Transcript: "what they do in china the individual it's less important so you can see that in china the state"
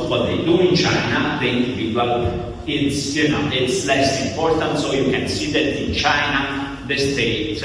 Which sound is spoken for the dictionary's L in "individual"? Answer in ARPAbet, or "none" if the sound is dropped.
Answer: N